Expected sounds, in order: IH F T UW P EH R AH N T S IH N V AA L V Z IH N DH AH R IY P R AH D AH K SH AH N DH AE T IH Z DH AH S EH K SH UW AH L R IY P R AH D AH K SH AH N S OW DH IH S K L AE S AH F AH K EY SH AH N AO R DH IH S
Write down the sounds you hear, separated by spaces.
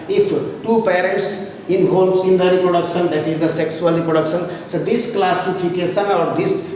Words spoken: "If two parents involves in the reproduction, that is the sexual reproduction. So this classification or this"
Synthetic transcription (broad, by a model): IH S T UW P EH R AH N T S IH N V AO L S IH N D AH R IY P R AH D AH K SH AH N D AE T IH Z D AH S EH K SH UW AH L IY P R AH D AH K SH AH N S OW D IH S K L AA S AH P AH K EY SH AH N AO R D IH S